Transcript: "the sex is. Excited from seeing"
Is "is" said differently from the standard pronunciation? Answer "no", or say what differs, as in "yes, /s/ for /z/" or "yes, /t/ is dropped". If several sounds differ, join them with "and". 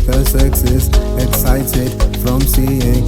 yes, /s/ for /z/